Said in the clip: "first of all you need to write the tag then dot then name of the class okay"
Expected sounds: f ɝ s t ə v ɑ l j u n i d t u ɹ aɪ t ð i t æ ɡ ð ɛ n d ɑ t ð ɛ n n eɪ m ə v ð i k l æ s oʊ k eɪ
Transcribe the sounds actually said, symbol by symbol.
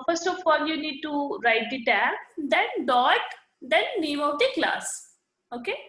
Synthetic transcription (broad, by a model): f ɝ s t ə f ɑ l j u n i d t u ɹ aɪ t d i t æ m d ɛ n d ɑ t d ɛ n l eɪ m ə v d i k l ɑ s oʊ k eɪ